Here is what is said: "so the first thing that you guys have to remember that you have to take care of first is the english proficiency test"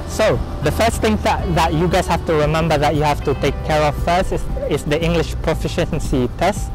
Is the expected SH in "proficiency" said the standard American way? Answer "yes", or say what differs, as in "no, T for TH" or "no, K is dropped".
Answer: yes